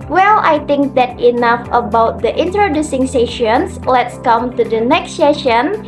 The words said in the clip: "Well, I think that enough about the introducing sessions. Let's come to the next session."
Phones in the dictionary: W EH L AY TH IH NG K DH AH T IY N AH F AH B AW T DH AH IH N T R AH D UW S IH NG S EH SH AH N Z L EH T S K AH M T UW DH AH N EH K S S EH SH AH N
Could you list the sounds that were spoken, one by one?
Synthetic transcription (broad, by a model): W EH L AY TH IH NG K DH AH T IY N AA F AH B AW T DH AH IH N T R AH D UW S IH NG S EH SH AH N S L EH T S K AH M T UW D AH N EH K S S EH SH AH N